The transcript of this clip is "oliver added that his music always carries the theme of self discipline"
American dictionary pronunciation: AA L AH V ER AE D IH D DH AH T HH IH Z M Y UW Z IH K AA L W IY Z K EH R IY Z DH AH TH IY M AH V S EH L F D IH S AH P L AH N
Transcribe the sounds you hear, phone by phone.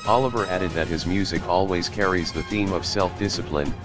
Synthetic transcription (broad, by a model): AA L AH V ER AE D IH D DH AH T HH IH Z M Y UW Z IH K AA L W IY Z K EH R IY Z DH AH TH IY M AH V S EH L F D IH S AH P L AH N